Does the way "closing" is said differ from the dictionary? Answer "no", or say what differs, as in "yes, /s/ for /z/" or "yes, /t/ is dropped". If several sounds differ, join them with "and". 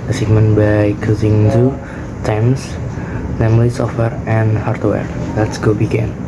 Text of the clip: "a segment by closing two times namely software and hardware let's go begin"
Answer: yes, /l/ is dropped